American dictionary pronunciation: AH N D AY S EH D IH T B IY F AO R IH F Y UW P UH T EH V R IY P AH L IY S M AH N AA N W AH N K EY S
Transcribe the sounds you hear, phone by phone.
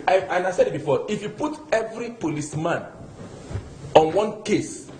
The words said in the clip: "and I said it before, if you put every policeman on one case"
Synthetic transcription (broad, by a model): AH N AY S EH D IH T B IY F AO IH F Y UW P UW T EH V R IY P AH L IY S M AH N AA N W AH N K EY S